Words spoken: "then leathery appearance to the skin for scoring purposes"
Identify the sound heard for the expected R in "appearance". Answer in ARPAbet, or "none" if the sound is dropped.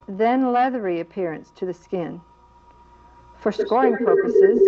R